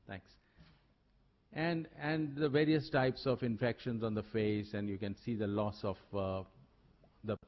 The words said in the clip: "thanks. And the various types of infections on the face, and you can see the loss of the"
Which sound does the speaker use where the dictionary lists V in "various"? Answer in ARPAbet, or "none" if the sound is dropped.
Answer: V